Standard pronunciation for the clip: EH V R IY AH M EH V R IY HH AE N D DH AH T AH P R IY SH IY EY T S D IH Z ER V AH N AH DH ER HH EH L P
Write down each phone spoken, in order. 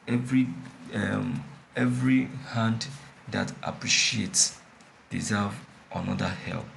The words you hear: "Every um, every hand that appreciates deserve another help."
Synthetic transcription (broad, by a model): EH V R IY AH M EH V R IY HH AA N D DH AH T AH P R IY SH IY EY T S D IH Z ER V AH N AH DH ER HH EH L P